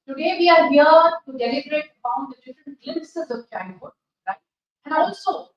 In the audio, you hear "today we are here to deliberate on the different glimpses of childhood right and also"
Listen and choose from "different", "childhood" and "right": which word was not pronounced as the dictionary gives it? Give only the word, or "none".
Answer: childhood